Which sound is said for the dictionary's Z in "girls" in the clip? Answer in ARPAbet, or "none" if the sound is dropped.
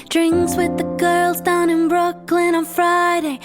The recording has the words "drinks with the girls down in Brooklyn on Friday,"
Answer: Z